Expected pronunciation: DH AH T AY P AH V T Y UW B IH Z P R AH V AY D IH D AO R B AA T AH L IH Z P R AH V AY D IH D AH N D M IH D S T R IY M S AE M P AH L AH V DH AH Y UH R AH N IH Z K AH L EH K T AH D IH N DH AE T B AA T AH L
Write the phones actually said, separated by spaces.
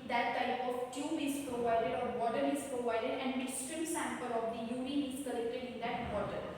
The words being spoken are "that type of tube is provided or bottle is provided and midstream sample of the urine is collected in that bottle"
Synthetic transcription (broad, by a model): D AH T AY P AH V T Y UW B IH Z P R AH V AY D IH D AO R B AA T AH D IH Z P R AH V AY D IH D AH N D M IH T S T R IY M S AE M P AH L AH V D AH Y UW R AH IH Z K AH L EH K T AH D IH N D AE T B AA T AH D